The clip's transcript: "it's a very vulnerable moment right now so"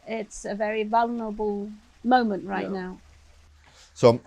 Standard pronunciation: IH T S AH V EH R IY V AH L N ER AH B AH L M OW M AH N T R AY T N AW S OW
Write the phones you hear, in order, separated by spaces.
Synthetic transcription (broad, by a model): IH T S AH V EH R IY V AH L N ER AH B AH L M OW M AH N T R AY T N AW S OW